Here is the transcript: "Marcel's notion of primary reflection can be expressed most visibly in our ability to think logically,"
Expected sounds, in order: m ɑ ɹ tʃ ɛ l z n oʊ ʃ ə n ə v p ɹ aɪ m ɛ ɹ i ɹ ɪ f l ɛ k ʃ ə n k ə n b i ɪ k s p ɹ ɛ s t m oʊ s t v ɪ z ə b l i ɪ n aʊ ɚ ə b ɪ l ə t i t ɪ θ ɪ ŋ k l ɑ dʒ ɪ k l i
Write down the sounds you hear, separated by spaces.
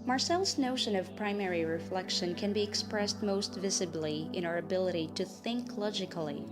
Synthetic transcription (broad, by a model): m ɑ ɹ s ɛ l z n oʊ ʃ ə n ə v p ɹ aɪ m ɛ ɹ i ɹ ɪ f l ɛ k ʃ ə n k ə n b i ɪ k s p ɹ ɛ s t m oʊ s t v ɪ z ə b l i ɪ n aʊ ɚ ə b ɪ l ə t i t ɪ θ ɪ ŋ k l ɑ dʒ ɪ k l i